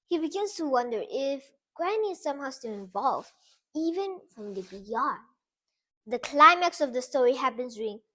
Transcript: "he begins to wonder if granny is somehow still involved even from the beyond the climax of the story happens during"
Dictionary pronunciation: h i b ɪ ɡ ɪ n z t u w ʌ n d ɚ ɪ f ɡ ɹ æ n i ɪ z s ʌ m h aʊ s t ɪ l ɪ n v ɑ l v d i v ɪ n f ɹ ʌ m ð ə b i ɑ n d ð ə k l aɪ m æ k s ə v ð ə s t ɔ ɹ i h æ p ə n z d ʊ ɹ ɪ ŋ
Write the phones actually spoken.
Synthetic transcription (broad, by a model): h i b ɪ ɡ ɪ n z t u w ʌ n d ɚ ɪ f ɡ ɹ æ n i s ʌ m h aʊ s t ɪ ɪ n v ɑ l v i v ɪ n f ɹ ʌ m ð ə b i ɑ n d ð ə k l aɪ m æ k s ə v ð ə s t ɔ ɹ i h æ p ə n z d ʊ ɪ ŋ